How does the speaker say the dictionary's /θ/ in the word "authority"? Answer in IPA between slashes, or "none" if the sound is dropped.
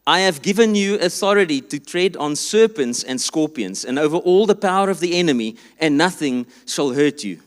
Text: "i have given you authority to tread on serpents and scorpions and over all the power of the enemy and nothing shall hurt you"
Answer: /θ/